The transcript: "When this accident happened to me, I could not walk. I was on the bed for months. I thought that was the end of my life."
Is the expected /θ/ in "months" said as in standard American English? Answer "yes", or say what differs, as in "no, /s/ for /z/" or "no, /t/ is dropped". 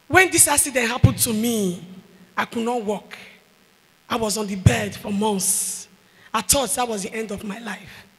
no, /s/ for /θ/